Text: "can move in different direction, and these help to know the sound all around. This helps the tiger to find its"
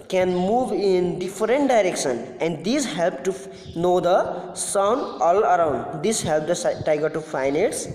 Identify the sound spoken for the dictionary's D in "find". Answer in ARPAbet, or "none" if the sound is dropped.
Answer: none